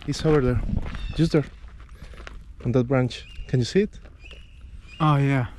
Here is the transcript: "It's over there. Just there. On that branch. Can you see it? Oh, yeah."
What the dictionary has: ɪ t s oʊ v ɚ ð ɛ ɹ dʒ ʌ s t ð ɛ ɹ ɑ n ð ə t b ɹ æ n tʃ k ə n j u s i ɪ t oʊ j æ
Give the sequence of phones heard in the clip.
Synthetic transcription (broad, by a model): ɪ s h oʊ w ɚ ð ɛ ɹ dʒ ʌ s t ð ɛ ɹ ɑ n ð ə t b ɹ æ n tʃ k ə n j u s i ɪ t oʊ j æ